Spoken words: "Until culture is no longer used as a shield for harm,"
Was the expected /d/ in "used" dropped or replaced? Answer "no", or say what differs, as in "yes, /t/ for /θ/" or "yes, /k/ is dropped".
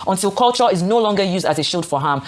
no